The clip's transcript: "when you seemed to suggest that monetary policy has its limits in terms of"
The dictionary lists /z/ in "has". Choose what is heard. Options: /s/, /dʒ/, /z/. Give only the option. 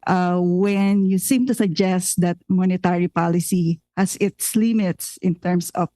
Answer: /s/